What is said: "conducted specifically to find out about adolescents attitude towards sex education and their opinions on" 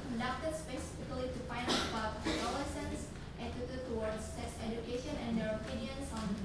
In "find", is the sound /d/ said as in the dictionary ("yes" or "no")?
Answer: no